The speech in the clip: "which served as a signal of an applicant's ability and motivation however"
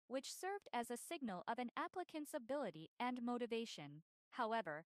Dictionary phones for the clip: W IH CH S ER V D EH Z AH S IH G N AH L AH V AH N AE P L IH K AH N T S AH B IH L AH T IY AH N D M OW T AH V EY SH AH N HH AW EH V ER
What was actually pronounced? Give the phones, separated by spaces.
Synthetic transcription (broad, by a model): W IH CH S ER V D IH Z AH S IH G N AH L AH V AH N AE P L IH K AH N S AH B IH L AH T IY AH N M OW T AH V EY SH AH N HH AW EH V ER